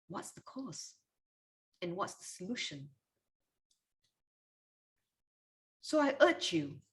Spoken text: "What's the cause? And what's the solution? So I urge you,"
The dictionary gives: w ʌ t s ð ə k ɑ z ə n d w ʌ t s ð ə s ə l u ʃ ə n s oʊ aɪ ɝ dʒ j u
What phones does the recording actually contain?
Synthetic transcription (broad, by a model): w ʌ t s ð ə k ɑ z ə n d w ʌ t s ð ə s ə l u ʃ ə n s oʊ aɪ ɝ tʃ j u